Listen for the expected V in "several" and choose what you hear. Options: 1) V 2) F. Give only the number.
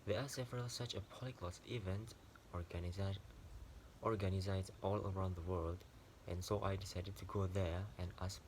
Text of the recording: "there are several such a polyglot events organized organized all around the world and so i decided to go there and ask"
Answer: 1